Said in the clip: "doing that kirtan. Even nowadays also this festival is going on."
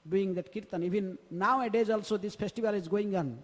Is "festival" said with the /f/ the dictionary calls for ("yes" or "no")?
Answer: no